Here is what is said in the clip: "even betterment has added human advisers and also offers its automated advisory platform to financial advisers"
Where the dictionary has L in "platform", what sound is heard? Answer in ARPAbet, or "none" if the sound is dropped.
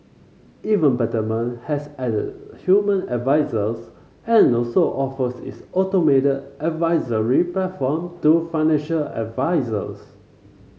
none